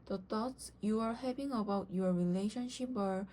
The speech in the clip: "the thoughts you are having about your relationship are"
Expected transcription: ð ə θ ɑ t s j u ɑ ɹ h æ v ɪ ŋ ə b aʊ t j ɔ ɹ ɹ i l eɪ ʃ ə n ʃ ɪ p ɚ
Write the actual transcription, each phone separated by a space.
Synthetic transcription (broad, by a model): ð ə t ɑ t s j u ɑ ɹ h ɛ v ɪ ŋ ə b aʊ t j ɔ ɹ ɹ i l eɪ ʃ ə n ʃ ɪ p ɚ